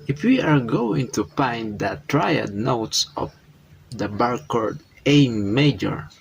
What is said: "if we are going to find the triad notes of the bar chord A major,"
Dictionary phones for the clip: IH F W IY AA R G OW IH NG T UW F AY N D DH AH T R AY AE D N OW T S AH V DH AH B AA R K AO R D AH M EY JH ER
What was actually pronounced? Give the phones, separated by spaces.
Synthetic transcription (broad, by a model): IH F W IY AA R G OW IH NG T UW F AY N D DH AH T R AY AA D N OW T S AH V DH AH B AA R K AO R D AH M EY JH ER